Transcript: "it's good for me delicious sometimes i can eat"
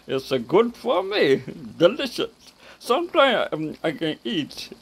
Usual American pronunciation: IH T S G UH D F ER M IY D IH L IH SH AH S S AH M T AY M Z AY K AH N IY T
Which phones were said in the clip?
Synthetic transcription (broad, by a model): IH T S G UH D F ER M IY D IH L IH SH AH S S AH M T AY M AY K AH N IY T